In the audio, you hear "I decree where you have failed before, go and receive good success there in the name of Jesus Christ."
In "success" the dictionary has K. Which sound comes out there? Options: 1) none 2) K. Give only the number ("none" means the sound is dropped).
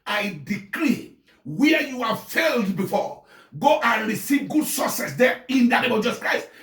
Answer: 1